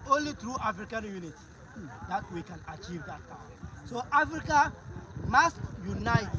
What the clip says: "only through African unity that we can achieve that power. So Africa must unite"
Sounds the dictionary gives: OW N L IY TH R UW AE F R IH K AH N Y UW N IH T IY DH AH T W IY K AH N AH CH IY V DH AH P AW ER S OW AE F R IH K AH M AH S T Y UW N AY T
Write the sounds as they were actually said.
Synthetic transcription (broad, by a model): OW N L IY T R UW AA F R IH K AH N Y UW N IH T IY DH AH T W IY K AH N AH CH IY V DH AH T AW S OW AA F R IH K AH M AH S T Y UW N AY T